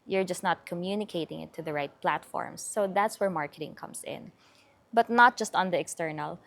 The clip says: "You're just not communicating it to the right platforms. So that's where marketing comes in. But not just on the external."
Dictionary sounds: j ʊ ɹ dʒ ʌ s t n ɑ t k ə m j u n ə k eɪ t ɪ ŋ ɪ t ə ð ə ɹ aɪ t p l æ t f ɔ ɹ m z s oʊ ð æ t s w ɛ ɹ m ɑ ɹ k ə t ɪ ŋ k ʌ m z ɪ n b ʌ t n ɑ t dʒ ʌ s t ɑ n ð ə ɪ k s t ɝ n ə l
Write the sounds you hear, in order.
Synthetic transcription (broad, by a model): j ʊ ɹ dʒ ʌ s t n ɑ t k ə m j u n ə k eɪ t ɪ ŋ ɪ t ə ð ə ɹ aɪ t p l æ t f ɔ ɹ m s oʊ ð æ t s w ɛ ɹ m ɑ ɹ k ə t ɪ ŋ k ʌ m s ɪ n b ʌ t n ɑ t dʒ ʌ s t ɑ n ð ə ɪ k s t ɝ n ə l